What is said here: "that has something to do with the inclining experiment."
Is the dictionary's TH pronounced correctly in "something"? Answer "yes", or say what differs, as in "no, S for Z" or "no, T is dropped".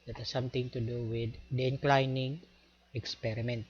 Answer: no, T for TH